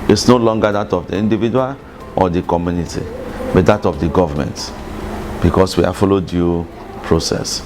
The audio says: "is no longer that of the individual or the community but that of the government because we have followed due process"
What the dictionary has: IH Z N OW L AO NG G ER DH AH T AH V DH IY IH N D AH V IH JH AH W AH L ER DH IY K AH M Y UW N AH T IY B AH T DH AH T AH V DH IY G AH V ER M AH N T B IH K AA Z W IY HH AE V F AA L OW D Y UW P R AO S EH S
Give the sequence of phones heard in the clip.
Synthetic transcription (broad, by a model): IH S N OW L AO NG G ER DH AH T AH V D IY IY N D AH V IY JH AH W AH L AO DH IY K AH M Y UW N AH T IY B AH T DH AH T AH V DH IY G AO V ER M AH N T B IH K AA S W IY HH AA F AA L OW D Y UW P R AO S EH S